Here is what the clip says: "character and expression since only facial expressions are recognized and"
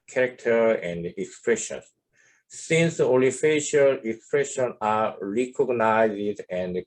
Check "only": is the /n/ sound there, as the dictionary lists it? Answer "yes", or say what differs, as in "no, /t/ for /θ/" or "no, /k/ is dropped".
no, /n/ is dropped